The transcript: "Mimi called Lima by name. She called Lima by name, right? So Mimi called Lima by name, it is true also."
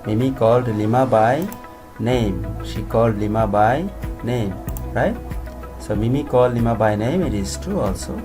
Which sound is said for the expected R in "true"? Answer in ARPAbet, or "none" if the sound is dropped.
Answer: none